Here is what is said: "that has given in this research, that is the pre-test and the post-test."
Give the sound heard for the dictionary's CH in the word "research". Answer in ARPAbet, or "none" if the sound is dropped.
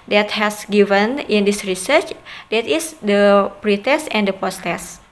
CH